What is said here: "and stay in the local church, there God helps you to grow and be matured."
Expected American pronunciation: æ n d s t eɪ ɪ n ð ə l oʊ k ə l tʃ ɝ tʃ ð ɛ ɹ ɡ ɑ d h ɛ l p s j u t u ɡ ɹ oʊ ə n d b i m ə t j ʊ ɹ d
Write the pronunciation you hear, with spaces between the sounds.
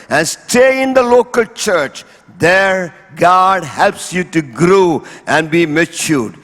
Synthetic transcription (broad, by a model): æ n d s t eɪ ɪ n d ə l oʊ k ə l tʃ ɝ tʃ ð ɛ ɹ ɡ ɑ d h ɛ l p s j u t u ɡ ɹ oʊ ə n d b i m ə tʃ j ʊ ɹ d